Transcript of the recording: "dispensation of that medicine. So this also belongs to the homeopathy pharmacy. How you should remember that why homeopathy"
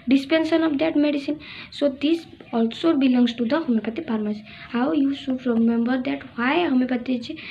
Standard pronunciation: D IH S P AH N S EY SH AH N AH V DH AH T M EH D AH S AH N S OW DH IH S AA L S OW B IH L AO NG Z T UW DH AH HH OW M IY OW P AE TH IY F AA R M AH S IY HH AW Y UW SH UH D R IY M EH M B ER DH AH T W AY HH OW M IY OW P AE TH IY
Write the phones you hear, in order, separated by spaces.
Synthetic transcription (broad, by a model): D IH S P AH N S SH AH N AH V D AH T M EH D AH S AH N S OW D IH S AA L S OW B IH L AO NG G T UW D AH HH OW M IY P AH T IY P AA R M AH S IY HH AW Y UW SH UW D R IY M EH M B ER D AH T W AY HH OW M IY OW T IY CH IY